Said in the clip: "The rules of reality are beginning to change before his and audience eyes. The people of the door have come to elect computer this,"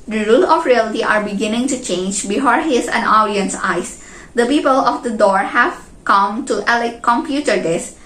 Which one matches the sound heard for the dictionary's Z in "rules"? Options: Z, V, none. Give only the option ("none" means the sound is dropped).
none